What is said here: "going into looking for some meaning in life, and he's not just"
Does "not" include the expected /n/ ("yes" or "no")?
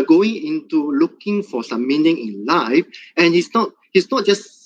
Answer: yes